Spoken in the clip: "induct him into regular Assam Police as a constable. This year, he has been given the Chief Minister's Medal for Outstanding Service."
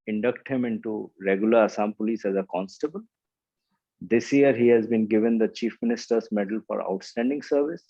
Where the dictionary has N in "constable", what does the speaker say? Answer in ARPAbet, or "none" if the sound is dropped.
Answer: N